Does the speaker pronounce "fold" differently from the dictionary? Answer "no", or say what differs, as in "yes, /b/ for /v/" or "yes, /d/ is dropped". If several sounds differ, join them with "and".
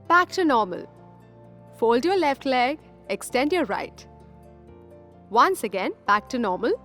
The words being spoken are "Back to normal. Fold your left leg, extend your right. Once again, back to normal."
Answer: no